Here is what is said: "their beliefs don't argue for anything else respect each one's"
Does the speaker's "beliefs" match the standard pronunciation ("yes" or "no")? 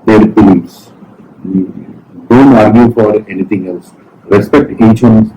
no